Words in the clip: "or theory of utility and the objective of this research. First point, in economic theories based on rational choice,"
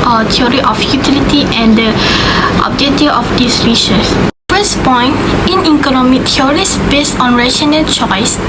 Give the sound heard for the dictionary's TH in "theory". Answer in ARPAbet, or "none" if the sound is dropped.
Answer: T